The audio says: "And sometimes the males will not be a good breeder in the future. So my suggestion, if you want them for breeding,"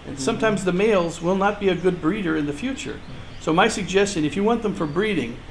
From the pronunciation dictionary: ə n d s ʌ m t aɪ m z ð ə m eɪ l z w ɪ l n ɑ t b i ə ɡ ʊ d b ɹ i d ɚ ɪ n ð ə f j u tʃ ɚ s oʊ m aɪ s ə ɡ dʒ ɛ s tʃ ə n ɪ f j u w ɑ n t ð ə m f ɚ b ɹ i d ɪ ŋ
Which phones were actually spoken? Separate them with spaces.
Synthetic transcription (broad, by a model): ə n s ʌ m t aɪ m z ð ə m eɪ l z w ɪ l n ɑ t b i ə ɡ ʊ d b ɹ i d ɚ ɪ n ð ə f j u tʃ ɚ s oʊ m aɪ s ə ɡ dʒ ɛ s tʃ ə n ɪ f j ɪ w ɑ n ð ə m f ɚ b ɹ i d ɪ ŋ